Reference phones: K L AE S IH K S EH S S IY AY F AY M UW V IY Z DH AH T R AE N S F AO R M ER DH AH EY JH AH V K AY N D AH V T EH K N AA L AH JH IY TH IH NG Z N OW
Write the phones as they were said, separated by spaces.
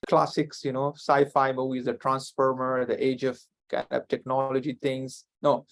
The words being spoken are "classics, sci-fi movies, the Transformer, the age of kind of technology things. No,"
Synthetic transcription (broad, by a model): K L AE S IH K S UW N S AY F AY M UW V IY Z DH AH T R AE N S F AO R M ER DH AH EY JH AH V K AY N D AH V T EH K N AA L AH JH IY T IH NG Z N OW